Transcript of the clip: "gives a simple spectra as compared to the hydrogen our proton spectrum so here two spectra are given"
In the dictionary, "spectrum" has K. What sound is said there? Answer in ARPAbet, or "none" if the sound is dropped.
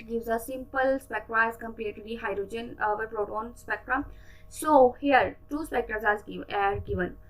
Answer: K